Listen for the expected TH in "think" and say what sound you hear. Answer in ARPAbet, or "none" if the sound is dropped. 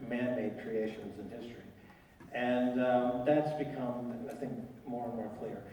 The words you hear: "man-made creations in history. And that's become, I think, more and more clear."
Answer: TH